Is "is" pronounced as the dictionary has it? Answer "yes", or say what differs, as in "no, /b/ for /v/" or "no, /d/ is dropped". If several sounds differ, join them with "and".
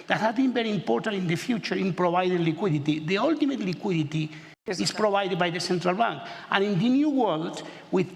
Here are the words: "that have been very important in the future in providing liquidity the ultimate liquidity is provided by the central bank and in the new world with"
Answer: no, /s/ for /z/